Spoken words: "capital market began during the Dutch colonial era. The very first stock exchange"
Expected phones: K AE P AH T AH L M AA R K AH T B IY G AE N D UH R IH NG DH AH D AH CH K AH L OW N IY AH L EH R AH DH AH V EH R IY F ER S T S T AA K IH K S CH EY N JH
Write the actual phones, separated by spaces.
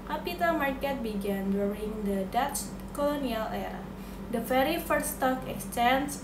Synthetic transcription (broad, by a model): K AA P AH T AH M AA R K AH T B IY G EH N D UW R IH NG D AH D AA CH K AH L OW N IY AH L EH R AH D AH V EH R IY F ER T S T AA K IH K S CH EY N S